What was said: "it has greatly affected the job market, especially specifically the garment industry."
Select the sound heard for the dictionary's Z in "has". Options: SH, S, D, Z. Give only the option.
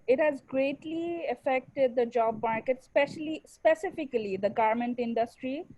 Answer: Z